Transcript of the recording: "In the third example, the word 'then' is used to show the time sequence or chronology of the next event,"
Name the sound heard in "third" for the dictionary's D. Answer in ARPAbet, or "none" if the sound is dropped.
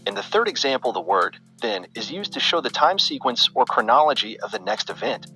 D